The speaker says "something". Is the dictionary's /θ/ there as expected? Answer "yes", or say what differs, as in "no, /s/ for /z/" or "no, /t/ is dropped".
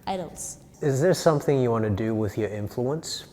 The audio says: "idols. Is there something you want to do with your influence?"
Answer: yes